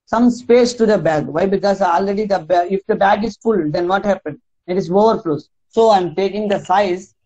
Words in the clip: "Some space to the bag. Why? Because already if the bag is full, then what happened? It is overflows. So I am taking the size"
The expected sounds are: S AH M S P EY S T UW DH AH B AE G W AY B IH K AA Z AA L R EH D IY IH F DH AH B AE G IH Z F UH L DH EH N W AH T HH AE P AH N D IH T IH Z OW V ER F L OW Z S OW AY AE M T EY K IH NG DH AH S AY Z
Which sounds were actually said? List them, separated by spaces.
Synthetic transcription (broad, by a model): S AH M S P EY S T UW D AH B AE G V AY B IH K AA Z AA L R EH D IY IH F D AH B AE G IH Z F UH L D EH N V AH T HH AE P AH N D IH T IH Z OW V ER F L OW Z S OW AY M T EY K IH NG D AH S AY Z